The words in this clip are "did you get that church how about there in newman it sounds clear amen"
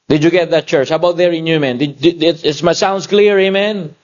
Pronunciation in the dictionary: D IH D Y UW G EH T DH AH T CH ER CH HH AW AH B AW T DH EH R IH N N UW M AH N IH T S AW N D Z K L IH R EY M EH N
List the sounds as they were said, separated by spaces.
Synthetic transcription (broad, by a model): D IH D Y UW G EH T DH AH T CH ER CH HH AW AH B AW T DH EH R IH N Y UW M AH N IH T S AW N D S K L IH R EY M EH N